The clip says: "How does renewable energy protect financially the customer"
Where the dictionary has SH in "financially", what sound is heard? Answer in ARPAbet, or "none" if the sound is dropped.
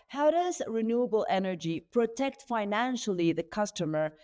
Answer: SH